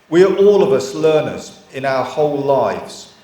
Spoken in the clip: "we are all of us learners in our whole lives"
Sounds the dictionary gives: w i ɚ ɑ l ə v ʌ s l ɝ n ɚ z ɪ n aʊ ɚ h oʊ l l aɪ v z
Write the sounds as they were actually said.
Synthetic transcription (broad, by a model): w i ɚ ɑ l ə v ʌ s l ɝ n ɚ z ɪ n aʊ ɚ h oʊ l l aɪ v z